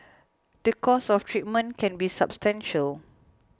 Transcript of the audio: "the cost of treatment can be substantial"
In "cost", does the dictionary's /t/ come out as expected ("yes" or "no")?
no